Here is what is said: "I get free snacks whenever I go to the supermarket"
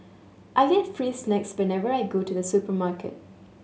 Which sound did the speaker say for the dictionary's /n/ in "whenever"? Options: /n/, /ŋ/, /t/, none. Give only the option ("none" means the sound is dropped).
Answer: /n/